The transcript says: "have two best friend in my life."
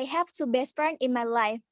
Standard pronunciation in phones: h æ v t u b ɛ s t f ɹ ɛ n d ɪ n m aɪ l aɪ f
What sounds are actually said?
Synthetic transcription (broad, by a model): h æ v t u b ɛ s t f ɹ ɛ n ɪ n m aɪ l aɪ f